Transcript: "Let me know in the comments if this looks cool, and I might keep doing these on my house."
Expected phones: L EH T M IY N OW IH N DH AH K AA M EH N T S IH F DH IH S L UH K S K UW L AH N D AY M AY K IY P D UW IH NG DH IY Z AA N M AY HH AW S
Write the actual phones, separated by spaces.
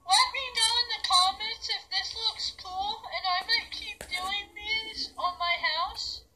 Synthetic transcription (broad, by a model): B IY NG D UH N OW IH N DH AH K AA M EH N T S IH F DH IH S L UH K S K UW L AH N AY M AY K IY P D UW IH NG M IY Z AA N M AY HH AW S